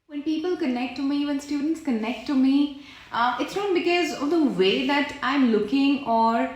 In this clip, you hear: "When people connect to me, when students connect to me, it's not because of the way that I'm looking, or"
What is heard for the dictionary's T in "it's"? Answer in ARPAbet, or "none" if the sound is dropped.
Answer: T